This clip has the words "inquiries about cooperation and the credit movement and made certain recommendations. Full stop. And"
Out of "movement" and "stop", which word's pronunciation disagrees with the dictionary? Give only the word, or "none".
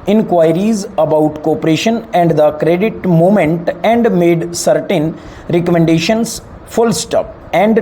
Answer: movement